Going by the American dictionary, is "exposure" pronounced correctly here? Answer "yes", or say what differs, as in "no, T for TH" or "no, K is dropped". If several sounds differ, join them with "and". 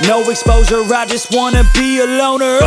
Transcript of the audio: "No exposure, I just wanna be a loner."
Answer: no, Z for ZH